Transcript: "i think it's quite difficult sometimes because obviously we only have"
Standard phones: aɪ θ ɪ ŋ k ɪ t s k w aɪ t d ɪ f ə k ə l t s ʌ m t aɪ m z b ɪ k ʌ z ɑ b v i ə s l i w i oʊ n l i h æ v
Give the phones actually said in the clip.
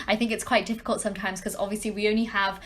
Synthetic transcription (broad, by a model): aɪ θ ɪ ŋ k ɪ t s k w aɪ t d ɪ f ə k ə l t s ʌ m t aɪ m z k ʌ z ɑ b v i ə s l i w i oʊ n l i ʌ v